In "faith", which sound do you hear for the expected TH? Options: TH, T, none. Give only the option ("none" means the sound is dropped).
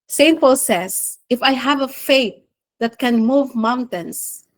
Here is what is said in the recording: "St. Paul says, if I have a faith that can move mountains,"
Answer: T